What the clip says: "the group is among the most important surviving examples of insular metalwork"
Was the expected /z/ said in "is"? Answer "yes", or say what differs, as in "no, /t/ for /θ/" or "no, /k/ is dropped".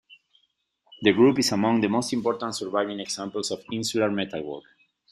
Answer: no, /s/ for /z/